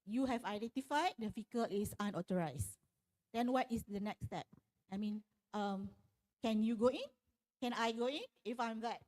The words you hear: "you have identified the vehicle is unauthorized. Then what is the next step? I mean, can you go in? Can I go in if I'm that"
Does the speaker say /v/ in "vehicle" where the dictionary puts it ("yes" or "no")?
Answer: no